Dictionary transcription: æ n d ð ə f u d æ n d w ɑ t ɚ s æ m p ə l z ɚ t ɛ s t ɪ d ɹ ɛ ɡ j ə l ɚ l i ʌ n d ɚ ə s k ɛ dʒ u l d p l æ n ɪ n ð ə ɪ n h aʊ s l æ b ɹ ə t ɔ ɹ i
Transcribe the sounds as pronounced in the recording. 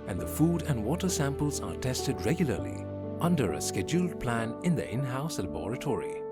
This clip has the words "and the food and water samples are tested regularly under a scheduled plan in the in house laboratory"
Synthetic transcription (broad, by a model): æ n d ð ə f u d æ n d w ɑ t ɚ s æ m p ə l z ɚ t ɛ s t ɪ d ɹ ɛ ɡ j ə l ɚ l i ʌ n d ɚ ə s k ɛ dʒ u l d p l æ n ɪ n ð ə ɪ n h aʊ s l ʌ b ɹ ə t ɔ ɹ i